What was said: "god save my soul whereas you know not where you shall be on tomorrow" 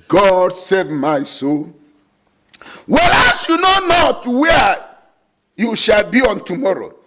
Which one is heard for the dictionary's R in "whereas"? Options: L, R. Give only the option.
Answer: L